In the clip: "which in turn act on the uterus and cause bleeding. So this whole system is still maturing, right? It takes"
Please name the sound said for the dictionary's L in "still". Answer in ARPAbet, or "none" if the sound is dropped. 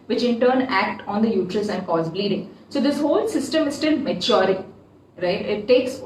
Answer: N